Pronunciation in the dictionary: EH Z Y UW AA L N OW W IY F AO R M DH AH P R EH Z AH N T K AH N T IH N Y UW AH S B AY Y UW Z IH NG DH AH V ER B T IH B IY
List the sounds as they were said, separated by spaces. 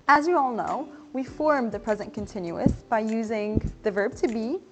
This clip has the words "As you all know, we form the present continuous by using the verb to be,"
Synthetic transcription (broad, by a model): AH Z Y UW AA L N OW W IY F AO R M DH AH P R EH Z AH N K AH N T IH N Y UW AH S B AY Y UW Z IH NG DH AH V ER B T IH B IY